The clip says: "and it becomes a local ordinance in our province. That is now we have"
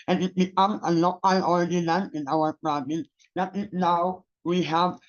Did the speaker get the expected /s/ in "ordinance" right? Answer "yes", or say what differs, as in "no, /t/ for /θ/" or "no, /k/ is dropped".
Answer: no, /s/ is dropped